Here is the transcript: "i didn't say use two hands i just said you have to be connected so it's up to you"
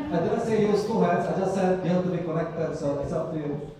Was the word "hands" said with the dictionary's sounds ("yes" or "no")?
no